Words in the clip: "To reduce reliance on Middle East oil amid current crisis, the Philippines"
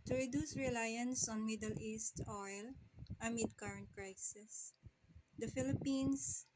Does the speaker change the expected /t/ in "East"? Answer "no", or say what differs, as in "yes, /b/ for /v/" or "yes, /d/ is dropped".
no